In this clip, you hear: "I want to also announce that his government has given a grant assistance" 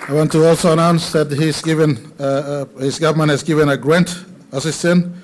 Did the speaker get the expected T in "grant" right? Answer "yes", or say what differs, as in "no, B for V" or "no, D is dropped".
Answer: yes